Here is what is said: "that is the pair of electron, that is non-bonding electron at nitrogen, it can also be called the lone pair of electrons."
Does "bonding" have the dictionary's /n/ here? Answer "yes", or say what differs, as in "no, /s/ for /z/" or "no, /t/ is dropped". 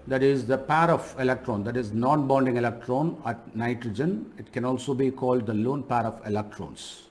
yes